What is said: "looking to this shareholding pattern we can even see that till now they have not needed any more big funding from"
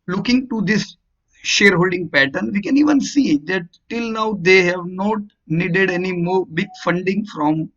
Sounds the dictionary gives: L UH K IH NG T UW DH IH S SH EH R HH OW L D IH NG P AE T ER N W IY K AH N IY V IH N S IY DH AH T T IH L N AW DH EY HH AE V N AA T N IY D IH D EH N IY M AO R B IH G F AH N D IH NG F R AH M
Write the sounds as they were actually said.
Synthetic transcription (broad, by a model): L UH K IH NG T UW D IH S SH EH R HH OW L D IH NG P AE T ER N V IY K AH N IY V IH N S IY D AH T T IH L N AW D EY HH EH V N AA T N IY D IH D EH N IY M AO R B IH G F AH N D IH NG F R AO M